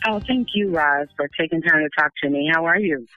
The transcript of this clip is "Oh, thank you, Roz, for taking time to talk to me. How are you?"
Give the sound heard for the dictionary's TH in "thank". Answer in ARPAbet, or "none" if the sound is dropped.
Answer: TH